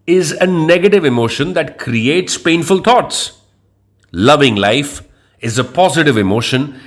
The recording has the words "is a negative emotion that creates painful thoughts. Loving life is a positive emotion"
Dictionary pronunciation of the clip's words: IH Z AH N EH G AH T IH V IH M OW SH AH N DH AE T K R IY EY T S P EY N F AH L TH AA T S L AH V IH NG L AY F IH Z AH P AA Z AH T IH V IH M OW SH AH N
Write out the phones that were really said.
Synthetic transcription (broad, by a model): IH Z AH N EH G AH T IH V IH M OW SH AH N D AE T K R IY EY T S P EY N F AH L T AA T S L AH V IH NG L AY F IH Z AH P AA Z AH T IH V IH M OW SH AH N